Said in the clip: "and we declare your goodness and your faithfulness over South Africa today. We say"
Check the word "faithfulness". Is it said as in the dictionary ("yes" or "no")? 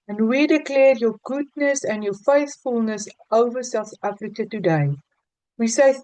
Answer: yes